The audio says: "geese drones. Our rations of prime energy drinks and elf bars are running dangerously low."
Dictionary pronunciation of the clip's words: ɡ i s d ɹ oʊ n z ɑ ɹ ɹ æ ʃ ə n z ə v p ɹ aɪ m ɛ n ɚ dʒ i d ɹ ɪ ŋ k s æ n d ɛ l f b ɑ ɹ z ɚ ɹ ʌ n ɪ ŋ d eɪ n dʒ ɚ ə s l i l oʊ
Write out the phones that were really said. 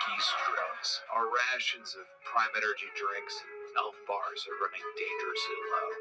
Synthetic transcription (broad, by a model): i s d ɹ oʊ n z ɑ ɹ ɹ æ ʃ ə n z ə v p ɹ aɪ m ɛ n ɚ dʒ i d ɹ ɪ ŋ k s n ɛ l f b ɑ ɹ z ɚ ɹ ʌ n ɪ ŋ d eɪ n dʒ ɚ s i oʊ